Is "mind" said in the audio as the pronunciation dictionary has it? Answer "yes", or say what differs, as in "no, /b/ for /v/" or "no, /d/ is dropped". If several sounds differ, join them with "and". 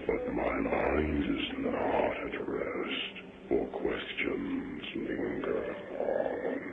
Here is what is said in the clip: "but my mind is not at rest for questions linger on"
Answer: yes